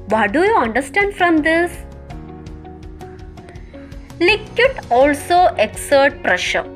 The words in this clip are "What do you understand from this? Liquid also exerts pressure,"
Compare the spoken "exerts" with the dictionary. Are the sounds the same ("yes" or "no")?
no